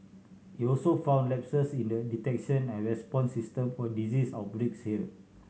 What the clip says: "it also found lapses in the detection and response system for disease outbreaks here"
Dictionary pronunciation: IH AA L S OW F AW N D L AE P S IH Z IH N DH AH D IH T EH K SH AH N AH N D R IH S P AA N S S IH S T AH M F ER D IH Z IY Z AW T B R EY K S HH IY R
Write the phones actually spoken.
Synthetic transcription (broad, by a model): IH AA L S OW F AW N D L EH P S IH S IH N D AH D IH T EH K SH AH N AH N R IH S P AA N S S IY S T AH M F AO D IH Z IY S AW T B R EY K S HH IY L